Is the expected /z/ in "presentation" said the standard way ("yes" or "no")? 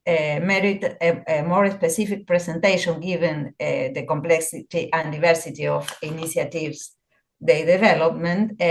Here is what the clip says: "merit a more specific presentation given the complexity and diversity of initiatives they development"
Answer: no